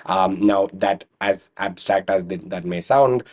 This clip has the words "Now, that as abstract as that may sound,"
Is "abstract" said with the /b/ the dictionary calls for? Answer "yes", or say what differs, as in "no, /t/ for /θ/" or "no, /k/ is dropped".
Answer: yes